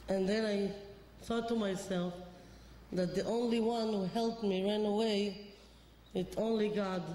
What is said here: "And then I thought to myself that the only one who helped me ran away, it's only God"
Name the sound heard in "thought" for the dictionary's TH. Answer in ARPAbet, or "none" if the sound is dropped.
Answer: S